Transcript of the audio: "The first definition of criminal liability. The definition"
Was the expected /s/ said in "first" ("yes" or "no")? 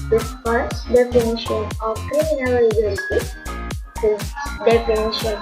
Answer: no